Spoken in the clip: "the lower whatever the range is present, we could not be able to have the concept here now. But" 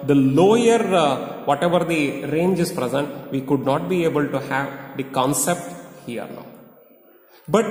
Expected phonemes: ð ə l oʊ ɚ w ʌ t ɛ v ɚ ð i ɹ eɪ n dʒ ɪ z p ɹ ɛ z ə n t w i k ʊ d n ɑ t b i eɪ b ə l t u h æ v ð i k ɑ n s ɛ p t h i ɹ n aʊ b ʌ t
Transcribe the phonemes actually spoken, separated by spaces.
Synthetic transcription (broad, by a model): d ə l oʊ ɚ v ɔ t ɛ v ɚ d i ɹ eɪ n dʒ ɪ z p ɹ ɛ z ə n t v i k ʊ d n ɑ t b i eɪ b ə l t u h æ v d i k ɑ n s ɛ p t h i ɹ n aʊ b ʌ t